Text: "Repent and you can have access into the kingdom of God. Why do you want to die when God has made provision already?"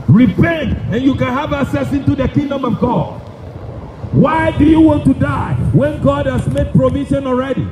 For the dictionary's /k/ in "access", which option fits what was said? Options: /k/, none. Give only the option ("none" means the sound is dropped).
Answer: none